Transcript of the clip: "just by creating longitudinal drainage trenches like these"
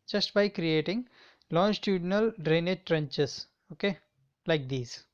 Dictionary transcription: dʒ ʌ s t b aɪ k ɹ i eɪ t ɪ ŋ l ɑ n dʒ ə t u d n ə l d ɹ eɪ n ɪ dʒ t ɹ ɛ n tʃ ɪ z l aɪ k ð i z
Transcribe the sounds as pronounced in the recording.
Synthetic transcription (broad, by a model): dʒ ʌ s t b aɪ k ɹ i eɪ t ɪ ŋ l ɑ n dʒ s t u d n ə l d ɹ eɪ n ɪ dʒ t ɹ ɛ n tʃ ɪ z l aɪ k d i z